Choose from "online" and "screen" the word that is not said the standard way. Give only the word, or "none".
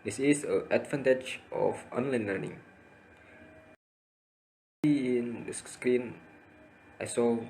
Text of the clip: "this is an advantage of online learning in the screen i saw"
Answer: none